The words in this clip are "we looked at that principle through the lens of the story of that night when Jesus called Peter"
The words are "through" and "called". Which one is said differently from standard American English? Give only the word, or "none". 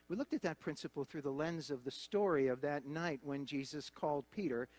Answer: none